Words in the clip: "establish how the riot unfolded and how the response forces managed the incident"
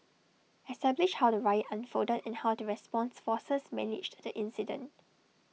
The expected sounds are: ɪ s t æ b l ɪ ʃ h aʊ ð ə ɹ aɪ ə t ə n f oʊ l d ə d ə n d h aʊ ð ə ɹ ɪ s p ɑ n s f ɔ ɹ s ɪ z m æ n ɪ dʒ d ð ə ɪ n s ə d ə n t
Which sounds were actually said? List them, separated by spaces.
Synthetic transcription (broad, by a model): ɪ s t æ b l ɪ ʃ h aʊ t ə ɹ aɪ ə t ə n f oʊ d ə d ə n h aʊ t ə ɹ ɪ s p ɑ n s f ɔ s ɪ s m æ n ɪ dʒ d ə ɪ n s ə d ə n t